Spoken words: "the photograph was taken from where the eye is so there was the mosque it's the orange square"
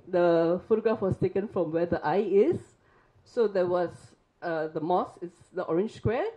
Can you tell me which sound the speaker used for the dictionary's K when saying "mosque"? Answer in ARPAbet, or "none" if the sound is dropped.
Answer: none